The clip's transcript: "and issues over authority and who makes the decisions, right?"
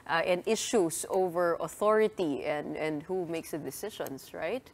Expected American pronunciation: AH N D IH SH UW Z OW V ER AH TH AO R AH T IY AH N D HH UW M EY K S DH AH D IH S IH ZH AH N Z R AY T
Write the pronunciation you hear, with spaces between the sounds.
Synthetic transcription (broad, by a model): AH N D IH SH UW S OW V ER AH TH AO R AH T IY AH N D HH UW M EY K S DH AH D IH S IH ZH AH N S R AY T